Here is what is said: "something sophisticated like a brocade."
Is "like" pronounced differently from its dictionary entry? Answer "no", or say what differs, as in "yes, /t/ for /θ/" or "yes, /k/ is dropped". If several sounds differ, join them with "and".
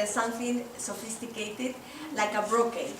no